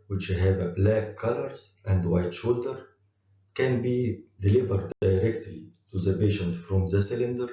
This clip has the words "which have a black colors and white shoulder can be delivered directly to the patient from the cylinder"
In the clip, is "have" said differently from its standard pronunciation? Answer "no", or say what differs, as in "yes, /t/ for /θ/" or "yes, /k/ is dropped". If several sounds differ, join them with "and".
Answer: no